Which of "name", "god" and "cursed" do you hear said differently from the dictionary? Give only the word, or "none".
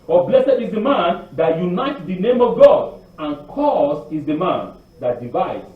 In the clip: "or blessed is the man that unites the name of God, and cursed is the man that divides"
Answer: cursed